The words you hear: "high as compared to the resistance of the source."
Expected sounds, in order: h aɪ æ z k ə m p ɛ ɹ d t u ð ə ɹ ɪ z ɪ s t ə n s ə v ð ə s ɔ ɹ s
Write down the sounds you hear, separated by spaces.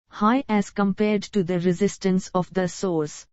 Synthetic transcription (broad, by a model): h aɪ æ z k ə m p ɛ ɹ d t u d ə ɹ ɪ z ɪ s t ə n s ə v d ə s ɔ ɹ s